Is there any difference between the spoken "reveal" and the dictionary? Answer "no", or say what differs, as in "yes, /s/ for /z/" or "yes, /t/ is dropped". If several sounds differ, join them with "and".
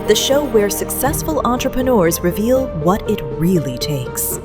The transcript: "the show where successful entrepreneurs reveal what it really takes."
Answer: no